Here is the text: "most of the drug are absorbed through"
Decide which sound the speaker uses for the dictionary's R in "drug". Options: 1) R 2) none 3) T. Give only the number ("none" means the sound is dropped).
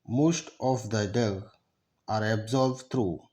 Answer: 2